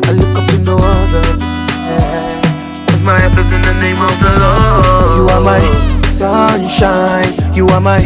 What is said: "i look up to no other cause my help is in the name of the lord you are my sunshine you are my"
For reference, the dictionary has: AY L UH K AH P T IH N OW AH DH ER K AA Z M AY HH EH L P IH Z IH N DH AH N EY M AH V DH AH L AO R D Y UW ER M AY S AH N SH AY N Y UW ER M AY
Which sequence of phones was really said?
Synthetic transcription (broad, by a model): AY L UH K AH P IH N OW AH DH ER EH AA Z M AY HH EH P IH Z IH N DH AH N EY M AH V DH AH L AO Y UW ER M AY S AH N SH AY N Y UW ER M AY